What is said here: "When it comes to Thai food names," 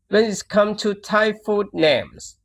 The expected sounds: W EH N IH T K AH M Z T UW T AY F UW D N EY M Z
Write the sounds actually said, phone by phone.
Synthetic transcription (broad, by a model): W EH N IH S K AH M T UW T AY F UW D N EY M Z